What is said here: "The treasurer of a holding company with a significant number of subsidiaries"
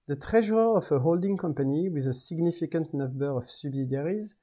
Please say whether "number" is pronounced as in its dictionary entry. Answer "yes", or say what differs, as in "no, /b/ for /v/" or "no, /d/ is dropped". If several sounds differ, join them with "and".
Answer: no, /m/ is dropped